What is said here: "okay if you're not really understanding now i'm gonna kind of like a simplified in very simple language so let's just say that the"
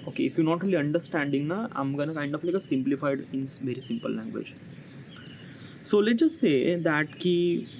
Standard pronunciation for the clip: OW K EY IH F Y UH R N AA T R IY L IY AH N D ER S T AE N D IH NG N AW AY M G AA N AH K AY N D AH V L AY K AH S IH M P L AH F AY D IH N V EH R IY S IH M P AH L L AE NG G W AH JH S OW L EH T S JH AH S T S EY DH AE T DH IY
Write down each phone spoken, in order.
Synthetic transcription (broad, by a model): OW K EY IH F Y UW N AA T R IY L IY AH N D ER S T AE N D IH NG N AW AY M G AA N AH K AY N D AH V L AY K AH S IH M P L AH F AY D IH N V EH R IY S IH M P AH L L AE NG G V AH JH S OW L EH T JH AH S T S EY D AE T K IY